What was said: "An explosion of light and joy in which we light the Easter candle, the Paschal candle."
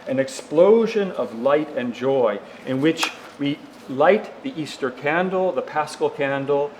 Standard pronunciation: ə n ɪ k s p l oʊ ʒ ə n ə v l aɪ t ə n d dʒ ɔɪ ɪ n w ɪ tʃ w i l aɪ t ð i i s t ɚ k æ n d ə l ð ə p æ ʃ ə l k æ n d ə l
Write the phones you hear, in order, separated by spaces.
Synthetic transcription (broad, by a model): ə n ɪ k s p l oʊ ʒ ə n ə v l aɪ t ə n dʒ ɔɪ ɪ n w ɪ tʃ w i l aɪ t ð i i s t ɚ k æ n d l ð ə p æ s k l k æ n d l